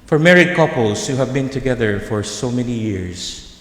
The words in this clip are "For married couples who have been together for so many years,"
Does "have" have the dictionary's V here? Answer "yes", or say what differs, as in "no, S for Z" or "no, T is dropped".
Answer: yes